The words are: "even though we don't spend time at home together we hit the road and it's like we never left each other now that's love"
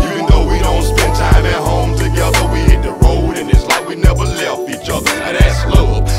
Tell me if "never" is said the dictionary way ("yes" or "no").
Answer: yes